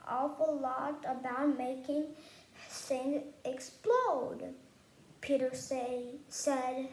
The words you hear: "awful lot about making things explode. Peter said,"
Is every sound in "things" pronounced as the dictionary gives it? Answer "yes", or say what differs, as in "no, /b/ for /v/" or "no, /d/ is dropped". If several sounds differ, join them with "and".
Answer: no, /s/ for /θ/